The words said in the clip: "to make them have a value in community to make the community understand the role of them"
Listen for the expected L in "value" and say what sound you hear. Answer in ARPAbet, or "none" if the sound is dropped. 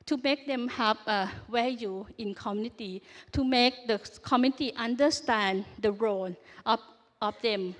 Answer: none